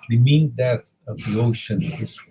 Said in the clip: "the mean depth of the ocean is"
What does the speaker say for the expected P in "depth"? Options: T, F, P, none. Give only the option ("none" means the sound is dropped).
none